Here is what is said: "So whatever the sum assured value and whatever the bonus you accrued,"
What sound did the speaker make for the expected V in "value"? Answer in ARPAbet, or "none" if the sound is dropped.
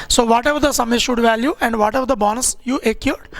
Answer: V